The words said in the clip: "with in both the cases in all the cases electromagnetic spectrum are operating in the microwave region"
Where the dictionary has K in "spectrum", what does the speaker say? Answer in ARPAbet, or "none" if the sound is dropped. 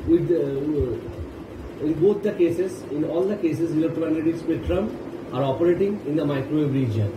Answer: none